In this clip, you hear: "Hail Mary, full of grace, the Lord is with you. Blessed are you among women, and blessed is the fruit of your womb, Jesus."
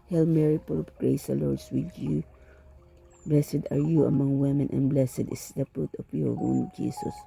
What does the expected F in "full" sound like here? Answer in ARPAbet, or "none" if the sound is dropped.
P